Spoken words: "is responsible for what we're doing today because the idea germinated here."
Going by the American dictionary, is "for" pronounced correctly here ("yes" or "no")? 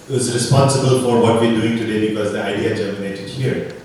yes